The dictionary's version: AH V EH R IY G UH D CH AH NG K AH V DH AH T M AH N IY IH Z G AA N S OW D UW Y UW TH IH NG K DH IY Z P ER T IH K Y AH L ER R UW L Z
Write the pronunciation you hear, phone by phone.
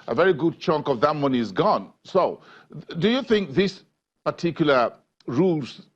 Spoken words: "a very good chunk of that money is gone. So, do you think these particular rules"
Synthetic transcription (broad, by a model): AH V EH R IY G UH D CH AH NG K AH V DH AH T M AH N IY IH Z G AA N S OW D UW Y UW TH IH NG K DH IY S P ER T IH K Y L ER R UW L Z